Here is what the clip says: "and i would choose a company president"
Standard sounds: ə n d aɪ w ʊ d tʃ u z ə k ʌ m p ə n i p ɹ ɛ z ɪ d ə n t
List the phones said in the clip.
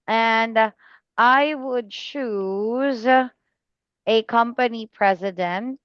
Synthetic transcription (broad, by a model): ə n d aɪ w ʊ d tʃ u z ə k ʌ m p ə n i p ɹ ɛ z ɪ d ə n t